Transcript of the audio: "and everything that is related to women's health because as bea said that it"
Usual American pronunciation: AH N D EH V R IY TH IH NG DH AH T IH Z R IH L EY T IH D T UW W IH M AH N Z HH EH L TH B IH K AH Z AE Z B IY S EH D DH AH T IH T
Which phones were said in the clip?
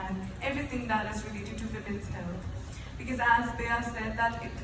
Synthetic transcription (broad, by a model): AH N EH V R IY T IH NG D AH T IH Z R IH L EY T IH D T UW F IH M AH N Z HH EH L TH B IH K AH Z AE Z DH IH S EH D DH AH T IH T